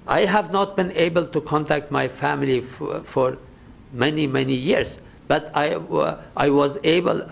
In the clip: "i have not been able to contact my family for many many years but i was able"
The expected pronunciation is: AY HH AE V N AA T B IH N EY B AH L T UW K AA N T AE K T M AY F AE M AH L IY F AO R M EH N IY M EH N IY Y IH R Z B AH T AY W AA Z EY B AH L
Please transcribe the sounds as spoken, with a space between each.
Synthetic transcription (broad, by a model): AY HH AE V N AA T B IH N EY B AH L T UW K AA N T AE K T M AY F AE M AH L IY F AO R M EH N IY M EH N IY Y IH R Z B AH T AY W AA Z EY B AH L